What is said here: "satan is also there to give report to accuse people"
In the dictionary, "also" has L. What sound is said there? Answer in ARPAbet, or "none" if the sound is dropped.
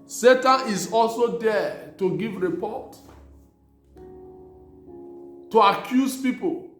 L